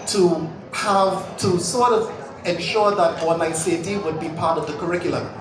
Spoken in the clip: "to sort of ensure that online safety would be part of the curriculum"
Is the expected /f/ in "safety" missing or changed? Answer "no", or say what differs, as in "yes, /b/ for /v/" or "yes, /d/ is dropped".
yes, /f/ is dropped